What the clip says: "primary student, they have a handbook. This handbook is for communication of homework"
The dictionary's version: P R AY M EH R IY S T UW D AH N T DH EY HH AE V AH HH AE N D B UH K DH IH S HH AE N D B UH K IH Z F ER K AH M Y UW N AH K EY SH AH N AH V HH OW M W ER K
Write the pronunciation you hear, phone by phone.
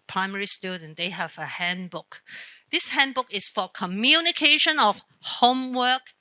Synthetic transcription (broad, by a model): P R AY M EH R IY S T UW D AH N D EY HH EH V AH HH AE N B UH K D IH S HH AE N B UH K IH S F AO K AH M Y UW N AH K EY SH AH N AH F HH OW M W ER K